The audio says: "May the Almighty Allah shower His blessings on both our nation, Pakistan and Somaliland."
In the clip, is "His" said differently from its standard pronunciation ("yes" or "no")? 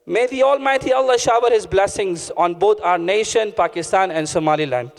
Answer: no